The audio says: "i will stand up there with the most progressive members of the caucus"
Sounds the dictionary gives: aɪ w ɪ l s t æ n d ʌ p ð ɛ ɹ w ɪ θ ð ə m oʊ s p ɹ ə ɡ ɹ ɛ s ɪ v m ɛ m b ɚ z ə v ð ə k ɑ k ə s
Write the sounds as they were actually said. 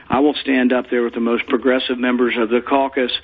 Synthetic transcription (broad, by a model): aɪ w ɪ l s t æ n d ʌ p ð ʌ ɹ w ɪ ð ə m oʊ s p ɹ ə ɡ ɹ ɛ s ɪ v m ɛ m b ɚ z ə v ð ə k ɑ k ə s